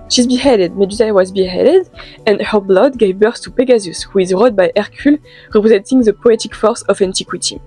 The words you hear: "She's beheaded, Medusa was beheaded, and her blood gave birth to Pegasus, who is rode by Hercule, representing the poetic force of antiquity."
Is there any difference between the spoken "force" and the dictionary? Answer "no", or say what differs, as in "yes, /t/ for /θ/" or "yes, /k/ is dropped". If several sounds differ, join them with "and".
no